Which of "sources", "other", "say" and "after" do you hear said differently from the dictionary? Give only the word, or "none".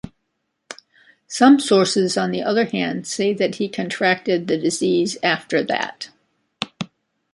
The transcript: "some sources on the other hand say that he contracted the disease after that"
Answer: none